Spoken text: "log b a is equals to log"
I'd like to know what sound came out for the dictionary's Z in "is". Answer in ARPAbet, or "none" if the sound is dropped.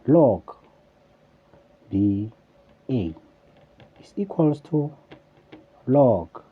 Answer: S